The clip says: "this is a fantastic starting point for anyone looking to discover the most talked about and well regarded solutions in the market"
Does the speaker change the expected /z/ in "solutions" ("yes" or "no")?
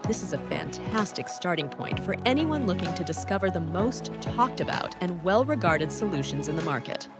no